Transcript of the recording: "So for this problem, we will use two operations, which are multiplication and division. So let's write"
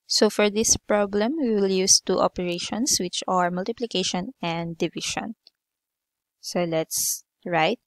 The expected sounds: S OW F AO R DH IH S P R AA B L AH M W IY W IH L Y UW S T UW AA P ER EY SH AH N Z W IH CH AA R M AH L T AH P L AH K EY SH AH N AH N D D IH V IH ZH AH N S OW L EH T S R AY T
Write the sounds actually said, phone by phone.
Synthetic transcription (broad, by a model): S OW F AO R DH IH S P R AA B L AH M W IY W IH L Y UW S T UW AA P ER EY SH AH N S W IH CH AA R M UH L T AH P L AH K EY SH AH N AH N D D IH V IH SH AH N S OW L EH T S R AY T